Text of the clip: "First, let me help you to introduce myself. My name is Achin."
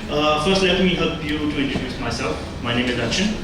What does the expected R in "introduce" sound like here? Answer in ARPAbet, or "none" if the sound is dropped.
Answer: none